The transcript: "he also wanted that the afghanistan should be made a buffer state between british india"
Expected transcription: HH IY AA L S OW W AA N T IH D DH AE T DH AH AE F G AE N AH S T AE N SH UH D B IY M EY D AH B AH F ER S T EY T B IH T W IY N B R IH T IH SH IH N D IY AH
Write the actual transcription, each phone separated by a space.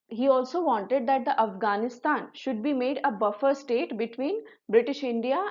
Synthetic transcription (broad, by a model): HH IY AA L S OW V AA N T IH D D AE T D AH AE F G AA N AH S T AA N SH UH D B IY M EY D AH B AH F ER S T EY T B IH T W IY N B R IH T IH SH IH N D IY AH